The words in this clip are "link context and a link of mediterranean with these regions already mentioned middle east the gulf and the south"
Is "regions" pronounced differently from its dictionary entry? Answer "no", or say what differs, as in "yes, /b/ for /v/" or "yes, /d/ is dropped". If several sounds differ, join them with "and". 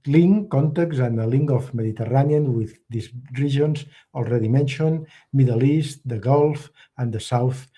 yes, /ʒ/ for /dʒ/